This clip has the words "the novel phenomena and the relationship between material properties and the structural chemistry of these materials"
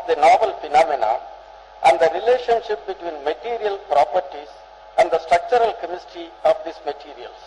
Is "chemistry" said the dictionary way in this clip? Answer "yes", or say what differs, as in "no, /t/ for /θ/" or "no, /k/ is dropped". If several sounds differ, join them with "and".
no, /ɹ/ is dropped